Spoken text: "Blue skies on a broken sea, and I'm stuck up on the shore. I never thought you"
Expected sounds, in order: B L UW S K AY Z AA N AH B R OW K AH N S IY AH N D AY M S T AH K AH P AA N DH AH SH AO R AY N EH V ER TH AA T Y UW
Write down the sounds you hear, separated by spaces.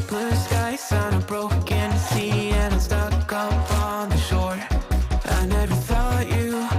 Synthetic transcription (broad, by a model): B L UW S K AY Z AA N AH B R OW K AH N S IY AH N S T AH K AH F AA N DH AH SH AO R AY N EH V ER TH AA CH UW